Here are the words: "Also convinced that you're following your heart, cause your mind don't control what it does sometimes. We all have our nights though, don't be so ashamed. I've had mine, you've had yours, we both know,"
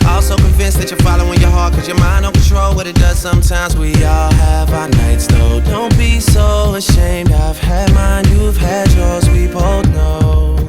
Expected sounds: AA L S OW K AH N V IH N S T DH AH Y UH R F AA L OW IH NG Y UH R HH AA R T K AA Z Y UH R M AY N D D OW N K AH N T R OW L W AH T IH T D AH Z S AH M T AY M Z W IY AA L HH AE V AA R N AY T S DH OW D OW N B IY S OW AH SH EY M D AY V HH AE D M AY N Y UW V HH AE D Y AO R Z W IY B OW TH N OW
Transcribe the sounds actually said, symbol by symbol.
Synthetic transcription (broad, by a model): AA L S OW K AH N V IH N S DH AH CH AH R F AA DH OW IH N Y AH R HH AA R T K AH Z Y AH R M AY N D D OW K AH N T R OW L W AH T IH T D AH Z S AH M T AY M Z W IY AA L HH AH V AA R N AY T S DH OW D OW N B IY S OW AH SH EY M D AY V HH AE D M AY N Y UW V HH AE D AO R Z W IY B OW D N OW